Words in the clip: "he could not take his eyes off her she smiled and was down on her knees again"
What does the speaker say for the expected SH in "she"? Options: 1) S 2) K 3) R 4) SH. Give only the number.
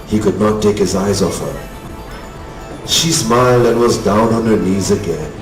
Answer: 4